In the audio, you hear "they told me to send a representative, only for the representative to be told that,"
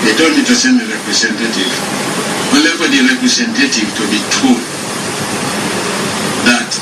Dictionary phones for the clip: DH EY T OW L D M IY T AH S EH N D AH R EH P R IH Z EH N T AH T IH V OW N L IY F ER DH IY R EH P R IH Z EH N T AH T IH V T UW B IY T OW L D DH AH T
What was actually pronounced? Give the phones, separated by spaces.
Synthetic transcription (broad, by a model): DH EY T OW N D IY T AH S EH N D AH R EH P R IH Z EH N T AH T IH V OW L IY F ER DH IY R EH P R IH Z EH N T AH T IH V T UW B IY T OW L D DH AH T